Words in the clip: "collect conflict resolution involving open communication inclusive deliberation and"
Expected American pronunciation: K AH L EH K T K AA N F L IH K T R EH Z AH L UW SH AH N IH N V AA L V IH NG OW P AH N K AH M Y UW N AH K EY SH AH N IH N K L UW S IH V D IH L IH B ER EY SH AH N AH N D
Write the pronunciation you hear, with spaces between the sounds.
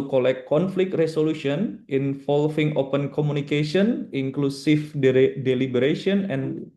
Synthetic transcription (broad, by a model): K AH L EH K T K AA N F L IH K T R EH S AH L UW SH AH N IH N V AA L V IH NG OW P AH N K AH M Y UW N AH K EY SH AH N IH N K L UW S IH F D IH L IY B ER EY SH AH N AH N